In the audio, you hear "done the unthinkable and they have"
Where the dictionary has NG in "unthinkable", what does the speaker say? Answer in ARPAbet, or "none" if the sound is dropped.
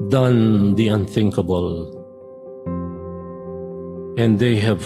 NG